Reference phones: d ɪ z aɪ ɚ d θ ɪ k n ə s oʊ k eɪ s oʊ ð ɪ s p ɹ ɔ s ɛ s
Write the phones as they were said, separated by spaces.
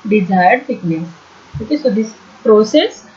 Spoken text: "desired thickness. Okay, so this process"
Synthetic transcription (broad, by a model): d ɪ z aɪ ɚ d f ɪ k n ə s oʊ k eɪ s oʊ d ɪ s p ɹ ɔ s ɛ s